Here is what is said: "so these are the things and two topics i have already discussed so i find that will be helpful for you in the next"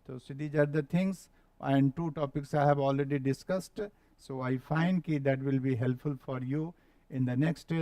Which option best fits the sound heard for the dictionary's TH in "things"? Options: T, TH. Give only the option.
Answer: T